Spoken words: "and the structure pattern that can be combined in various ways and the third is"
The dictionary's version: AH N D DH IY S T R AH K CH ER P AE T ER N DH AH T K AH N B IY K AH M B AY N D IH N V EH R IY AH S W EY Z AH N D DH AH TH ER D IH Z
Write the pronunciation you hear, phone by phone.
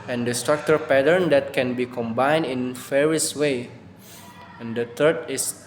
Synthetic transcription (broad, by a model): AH N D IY S T R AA K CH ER P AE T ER N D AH T K AH N B IY K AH M B AY N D IH N F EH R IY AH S W EY AH N D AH T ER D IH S